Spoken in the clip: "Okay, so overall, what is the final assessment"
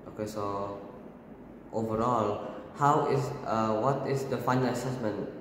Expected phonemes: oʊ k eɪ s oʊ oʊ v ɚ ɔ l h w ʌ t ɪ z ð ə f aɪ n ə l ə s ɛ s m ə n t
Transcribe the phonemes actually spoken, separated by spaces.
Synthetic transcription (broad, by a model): oʊ k eɪ s oʊ oʊ v ɚ ɔ l h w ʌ t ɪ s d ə f aɪ n ə l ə s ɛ s m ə n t